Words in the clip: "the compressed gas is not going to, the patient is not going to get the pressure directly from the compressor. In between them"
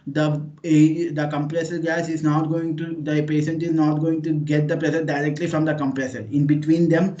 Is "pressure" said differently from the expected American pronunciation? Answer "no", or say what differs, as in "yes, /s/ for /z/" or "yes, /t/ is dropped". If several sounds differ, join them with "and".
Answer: yes, /s/ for /ʃ/